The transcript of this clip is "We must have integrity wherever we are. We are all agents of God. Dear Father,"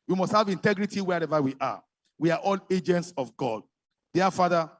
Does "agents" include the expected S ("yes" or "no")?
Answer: yes